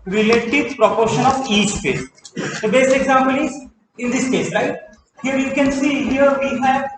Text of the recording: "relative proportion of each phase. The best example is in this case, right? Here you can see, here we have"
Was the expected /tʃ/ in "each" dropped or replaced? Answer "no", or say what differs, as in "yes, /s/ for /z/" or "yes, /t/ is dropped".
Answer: yes, /s/ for /tʃ/